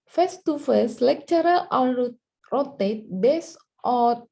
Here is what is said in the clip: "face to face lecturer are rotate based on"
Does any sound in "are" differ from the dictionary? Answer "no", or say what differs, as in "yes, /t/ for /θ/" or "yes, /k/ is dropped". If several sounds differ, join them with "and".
yes, /l/ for /ɹ/